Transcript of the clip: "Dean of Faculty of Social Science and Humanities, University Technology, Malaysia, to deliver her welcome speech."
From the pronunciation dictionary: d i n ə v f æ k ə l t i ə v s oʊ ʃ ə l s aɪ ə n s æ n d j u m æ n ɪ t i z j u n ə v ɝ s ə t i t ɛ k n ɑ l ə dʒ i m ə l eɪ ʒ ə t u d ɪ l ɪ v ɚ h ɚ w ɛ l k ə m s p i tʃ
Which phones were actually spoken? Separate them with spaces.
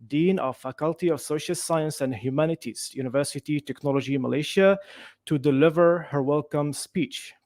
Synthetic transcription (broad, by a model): d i n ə f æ k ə l t i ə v s oʊ ʃ ə l s aɪ ə n s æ n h j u m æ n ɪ t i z j u n ə v ɝ s ə t i t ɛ k n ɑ l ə dʒ i m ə l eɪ ʃ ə t u d ɪ l ɪ v ɚ h ɚ w ɛ l k ə m s p i tʃ